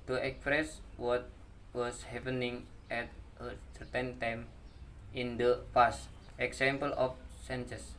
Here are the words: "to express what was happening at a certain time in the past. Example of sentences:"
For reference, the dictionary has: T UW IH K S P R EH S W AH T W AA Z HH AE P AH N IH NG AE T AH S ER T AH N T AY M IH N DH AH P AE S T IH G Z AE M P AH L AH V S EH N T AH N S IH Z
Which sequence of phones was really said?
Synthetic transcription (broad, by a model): T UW IH K S P R EH S W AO T W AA S HH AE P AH N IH NG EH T AH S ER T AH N T AY M IH N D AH F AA S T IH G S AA M P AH L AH F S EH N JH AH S